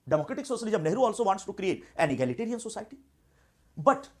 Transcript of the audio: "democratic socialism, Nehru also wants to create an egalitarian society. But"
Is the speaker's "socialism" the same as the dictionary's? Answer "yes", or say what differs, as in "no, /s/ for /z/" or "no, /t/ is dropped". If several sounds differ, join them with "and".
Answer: no, /s/ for /ʃ/